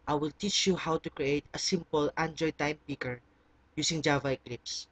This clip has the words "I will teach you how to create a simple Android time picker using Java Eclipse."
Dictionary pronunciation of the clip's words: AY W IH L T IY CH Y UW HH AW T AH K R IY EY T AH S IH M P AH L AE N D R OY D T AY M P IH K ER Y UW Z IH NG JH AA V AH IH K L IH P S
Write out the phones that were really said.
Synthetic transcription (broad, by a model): AY W IH L T IY CH Y UW HH AW T AH K R IY EY T AH S IH M P AH L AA N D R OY T AY M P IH K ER Y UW S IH NG JH AA V AH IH K L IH P S